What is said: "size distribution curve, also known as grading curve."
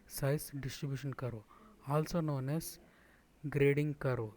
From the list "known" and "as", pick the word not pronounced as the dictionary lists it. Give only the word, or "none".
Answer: as